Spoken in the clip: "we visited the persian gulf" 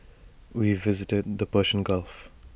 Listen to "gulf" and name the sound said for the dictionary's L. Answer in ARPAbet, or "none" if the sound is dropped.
L